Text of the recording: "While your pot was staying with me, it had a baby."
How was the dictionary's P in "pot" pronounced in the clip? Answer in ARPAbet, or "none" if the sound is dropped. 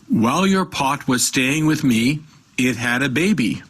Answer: P